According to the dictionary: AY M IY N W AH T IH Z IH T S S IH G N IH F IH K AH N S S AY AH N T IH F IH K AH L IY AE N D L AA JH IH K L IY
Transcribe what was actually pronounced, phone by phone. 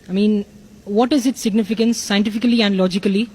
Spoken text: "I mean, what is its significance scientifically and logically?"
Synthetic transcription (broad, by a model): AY M IY N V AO T IH Z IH T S S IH G N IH F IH K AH N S S AY AH N T IH F IH K AH L IY AE N D L AA JH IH K L IY